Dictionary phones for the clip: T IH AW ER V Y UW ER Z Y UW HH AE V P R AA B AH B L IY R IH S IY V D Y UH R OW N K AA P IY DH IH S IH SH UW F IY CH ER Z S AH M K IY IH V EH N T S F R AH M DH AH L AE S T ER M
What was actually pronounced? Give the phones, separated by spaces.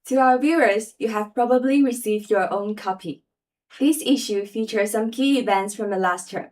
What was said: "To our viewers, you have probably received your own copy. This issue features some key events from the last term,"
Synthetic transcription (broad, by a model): T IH AW ER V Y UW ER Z Y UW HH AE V P R AA B AH B L IY R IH S IY V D Y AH R OW N K AA P IY DH IH S IH SH UW F IY CH ER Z S AH M K IY IH V EH N T S F R AH M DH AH L AE S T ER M